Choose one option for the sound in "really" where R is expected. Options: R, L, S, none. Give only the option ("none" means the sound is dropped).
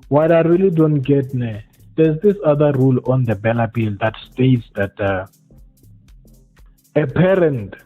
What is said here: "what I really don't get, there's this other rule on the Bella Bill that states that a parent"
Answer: R